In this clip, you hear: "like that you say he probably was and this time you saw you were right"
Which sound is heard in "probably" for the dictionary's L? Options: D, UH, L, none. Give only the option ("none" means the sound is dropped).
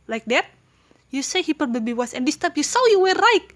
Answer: none